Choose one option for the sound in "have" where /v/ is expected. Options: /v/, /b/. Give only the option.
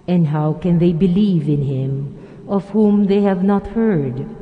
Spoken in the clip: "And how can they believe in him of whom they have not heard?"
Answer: /v/